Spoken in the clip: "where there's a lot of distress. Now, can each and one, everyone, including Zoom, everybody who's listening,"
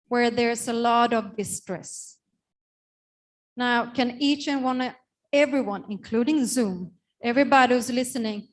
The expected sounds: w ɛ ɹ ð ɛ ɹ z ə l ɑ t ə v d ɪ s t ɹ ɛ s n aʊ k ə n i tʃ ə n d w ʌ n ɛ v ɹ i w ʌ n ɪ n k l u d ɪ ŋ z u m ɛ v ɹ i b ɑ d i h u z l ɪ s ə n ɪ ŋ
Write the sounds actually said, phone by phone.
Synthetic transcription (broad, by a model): w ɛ ɹ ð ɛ ɹ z ə l ɑ t ə v d ɪ s t ɹ ɛ s n aʊ k ə n i tʃ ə n w ʌ n ɛ v ɹ i w ʌ n ɪ n k l u d ɪ ŋ z u m ɛ v ɹ i b ɑ d i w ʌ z l ɪ s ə n ɪ ŋ